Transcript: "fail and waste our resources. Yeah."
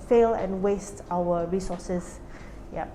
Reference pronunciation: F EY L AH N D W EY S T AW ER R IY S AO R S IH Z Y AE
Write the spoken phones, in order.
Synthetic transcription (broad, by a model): F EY L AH N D W EY S T AW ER R IY S AO S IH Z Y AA